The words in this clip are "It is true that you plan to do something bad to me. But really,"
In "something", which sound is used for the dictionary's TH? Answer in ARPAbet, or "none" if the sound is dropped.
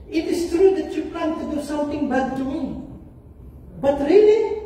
T